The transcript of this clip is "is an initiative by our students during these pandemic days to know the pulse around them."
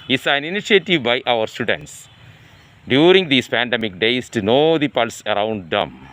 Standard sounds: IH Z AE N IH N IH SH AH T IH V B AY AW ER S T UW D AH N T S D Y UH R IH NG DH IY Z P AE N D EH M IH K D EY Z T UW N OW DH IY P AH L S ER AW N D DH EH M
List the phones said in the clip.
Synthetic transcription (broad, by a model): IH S AE N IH N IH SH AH T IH V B AY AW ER S T UW D AH N T S D Y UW R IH NG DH IY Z P AE N D EH M IH K D EY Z T UW N OW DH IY P AH L S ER AW N D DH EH M